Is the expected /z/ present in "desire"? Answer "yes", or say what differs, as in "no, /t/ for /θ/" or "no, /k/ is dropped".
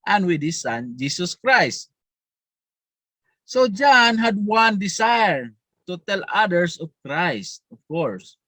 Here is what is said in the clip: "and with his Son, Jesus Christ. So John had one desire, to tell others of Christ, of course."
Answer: no, /s/ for /z/